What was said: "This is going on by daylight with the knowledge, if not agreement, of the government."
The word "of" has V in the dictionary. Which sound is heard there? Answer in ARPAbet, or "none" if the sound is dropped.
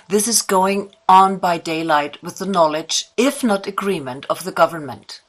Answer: V